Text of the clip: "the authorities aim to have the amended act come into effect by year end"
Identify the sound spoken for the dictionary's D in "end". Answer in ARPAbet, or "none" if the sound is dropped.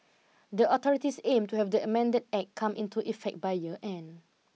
none